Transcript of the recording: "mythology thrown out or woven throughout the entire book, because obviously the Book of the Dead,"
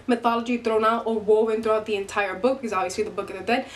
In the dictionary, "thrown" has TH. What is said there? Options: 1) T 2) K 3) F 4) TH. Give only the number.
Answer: 1